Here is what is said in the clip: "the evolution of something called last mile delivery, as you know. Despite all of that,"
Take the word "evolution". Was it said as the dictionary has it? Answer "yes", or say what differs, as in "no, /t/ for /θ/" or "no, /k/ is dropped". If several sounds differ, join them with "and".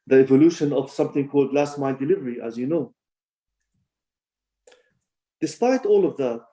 yes